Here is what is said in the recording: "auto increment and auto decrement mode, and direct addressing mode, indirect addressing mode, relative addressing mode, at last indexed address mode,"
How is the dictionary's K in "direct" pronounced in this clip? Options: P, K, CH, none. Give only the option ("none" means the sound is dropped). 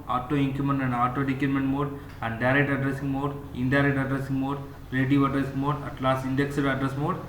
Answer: K